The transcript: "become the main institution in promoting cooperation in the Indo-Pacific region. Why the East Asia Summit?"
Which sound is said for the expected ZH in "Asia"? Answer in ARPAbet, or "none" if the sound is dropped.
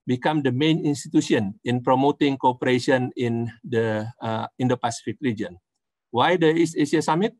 S